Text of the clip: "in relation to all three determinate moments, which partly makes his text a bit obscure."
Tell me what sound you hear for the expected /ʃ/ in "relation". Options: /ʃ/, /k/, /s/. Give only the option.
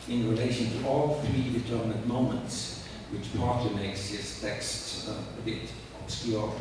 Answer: /ʃ/